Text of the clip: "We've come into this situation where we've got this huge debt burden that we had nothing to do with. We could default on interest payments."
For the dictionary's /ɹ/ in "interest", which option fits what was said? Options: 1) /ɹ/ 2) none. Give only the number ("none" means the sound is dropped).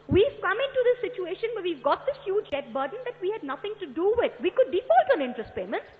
1